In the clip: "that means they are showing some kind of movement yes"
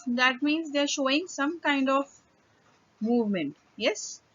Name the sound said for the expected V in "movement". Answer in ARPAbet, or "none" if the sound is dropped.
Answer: V